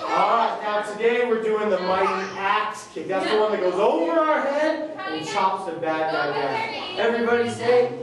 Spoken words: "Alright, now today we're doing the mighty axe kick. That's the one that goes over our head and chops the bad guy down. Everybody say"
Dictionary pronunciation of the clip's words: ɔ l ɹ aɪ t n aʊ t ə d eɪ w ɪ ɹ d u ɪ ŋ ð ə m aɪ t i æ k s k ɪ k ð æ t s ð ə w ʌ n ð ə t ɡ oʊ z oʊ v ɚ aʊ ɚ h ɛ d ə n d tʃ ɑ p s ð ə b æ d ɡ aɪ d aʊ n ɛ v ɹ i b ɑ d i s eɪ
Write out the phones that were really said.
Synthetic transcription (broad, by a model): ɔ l ɹ aɪ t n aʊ s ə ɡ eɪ w ɪ ɹ d u ɪ ŋ ð ə m aɪ t i æ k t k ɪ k ð æ t s ð ə w ʌ n ð ə t ɡ oʊ z oʊ v ɚ aʊ ɚ h ɛ d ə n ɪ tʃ ɑ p s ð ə b æ d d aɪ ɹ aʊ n ɛ v ɹ i b ɑ d i s eɪ